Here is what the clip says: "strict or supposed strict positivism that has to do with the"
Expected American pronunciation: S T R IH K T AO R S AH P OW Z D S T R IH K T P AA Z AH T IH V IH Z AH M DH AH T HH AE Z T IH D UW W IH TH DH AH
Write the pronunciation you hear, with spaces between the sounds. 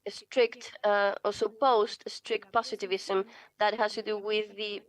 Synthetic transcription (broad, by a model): S T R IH K T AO L S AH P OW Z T S T R IH K T P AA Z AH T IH V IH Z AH M DH AH T HH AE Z T IH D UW W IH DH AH